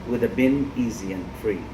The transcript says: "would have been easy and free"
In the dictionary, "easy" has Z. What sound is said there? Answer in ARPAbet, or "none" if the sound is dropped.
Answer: Z